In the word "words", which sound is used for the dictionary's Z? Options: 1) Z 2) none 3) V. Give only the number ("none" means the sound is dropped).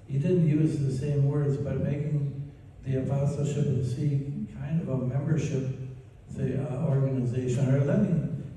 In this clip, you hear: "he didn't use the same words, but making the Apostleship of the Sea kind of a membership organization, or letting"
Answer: 1